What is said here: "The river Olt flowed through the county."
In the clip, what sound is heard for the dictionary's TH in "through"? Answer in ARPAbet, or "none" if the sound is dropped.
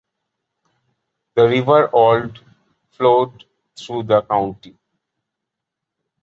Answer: T